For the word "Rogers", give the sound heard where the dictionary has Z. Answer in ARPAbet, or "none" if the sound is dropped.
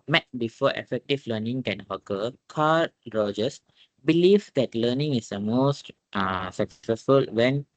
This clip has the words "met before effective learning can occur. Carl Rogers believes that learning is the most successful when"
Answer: S